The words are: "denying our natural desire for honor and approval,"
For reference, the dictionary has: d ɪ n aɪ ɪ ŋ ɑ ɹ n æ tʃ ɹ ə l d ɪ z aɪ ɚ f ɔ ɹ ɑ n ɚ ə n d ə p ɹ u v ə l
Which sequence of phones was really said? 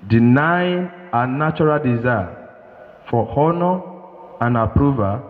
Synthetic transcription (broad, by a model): d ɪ n aɪ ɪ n ɑ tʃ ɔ ɹ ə l d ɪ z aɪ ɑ f ɔ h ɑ n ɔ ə n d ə p ɹ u v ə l